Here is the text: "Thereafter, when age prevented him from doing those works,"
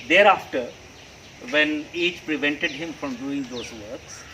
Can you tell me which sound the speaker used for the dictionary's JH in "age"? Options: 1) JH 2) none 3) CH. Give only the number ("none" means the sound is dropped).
3